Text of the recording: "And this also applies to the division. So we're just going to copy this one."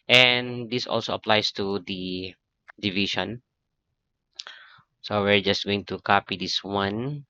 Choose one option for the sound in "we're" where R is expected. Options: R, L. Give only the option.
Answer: R